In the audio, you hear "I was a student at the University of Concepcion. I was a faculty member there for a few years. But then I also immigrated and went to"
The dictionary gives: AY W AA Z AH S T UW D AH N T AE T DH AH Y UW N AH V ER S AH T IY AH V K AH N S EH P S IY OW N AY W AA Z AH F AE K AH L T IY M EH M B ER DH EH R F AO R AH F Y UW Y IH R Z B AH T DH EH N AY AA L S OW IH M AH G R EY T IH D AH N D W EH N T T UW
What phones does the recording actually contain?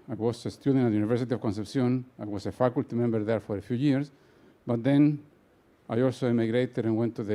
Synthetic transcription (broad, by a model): AY W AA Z AH S T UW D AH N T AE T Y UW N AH V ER S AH T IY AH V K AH N S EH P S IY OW N AY W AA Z AH F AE K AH L T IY M EH M B ER DH EH R F AO R AH F Y UW Y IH R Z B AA T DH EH N AY AA L S OW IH M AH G R EY T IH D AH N W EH N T T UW